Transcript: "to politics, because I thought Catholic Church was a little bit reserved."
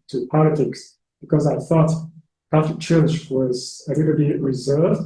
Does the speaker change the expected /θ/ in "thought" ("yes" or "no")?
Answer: no